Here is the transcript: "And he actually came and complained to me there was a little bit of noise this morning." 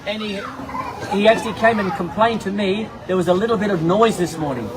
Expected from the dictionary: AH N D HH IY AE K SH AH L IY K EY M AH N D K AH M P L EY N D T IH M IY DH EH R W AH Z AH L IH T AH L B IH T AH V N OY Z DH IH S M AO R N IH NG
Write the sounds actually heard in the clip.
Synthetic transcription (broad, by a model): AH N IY HH IY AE K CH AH L IY K EY M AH N K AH M P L EY N T IH M IY DH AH R W AH Z AH L IH T L B IH T AH V N OY Z DH IH S M AO R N IH NG